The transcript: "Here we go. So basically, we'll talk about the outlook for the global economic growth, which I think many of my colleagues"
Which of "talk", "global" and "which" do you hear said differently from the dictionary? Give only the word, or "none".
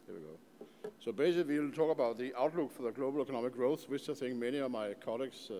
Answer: which